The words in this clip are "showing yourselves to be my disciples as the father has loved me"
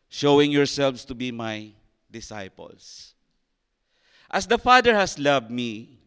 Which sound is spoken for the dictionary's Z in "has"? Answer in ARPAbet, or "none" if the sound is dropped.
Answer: S